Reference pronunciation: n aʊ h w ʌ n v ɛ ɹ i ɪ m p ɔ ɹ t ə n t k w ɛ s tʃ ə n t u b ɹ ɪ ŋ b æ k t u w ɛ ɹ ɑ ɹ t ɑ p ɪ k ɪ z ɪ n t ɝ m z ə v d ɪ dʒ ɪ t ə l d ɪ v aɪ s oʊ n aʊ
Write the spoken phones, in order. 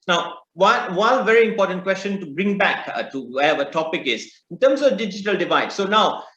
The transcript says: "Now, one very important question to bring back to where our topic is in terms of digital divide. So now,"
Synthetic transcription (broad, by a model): n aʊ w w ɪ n v ɛ ɹ i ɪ m p ɔ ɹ t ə n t k w ɛ s tʃ ə n t u b ɹ ɪ ŋ b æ k t u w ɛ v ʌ t ɑ p ɪ k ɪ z ɪ n t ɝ m s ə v d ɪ dʒ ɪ t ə l d ɪ v aɪ s oʊ n aʊ